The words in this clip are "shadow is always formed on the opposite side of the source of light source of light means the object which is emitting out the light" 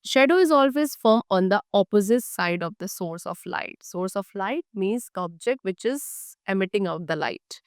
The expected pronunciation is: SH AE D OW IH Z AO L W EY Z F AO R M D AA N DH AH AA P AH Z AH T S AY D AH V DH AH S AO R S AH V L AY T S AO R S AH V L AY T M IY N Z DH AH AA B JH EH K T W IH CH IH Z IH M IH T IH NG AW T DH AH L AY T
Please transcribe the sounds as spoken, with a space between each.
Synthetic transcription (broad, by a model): SH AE D OW IH Z AO L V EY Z F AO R M AA N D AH AA P AH Z AH T S AY D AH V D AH S AO R S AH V L AY T S AO R S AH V L AY T M IY N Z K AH AA B JH EH K T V IH CH IH Z IH M IH T IH NG AW T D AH L AY T